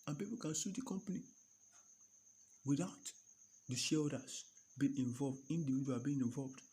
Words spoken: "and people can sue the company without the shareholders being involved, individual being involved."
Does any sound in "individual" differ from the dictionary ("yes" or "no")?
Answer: yes